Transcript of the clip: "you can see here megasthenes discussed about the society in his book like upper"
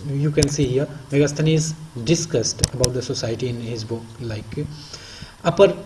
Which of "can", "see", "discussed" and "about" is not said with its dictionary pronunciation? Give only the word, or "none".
none